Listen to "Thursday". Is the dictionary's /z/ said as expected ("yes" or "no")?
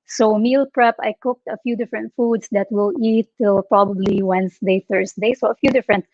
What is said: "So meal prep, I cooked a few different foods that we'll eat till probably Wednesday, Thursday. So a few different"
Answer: no